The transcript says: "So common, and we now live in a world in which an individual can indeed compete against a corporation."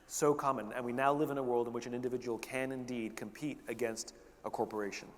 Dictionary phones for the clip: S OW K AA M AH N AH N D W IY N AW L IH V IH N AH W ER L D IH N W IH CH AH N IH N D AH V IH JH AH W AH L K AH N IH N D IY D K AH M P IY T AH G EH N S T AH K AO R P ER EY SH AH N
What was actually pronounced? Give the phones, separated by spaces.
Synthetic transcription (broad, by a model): S OW K AA M AH N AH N W IY N AW L IH V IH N AH W ER L D IH N W IH CH AH N IH N D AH V IH JH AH W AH L K AH N IH N D IY D K AH M P IY T AH G EH N S T AH K AO R P ER EY SH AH N